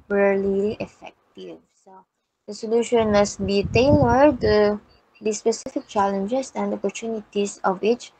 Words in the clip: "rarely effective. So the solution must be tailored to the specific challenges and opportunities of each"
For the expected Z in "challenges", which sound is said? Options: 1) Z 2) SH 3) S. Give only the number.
3